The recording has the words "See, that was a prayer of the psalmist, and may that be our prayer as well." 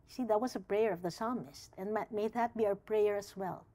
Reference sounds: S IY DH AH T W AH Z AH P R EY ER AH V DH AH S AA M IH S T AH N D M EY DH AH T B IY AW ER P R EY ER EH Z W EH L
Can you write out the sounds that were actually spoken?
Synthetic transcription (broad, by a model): S IY DH AH T W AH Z AH P R EY ER AH V DH AH S AA M IH S T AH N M M EY DH AH T B IY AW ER P R EY ER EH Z W EH L